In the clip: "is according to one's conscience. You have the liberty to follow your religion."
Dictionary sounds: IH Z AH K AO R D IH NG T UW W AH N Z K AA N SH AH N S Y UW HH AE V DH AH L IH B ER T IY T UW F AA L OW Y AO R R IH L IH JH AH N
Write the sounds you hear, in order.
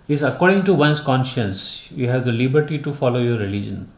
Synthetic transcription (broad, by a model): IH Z AH K AO R D IH NG T UW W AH N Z K AA N SH AH N S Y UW HH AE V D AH L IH B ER T IY T UW F AA L OW Y AO R R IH L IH JH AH N